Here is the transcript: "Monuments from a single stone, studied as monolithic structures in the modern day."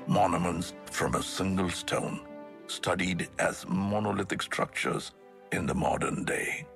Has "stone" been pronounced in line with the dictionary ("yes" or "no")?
yes